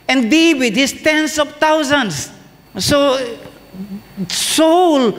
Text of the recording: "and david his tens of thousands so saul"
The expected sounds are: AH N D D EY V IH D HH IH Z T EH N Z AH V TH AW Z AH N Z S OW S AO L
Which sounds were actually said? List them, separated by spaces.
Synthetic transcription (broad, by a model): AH N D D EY W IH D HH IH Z T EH N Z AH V T AW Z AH N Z S OW S AO L